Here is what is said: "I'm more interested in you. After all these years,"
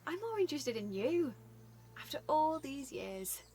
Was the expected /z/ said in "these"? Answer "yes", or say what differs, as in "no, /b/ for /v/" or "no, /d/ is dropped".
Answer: yes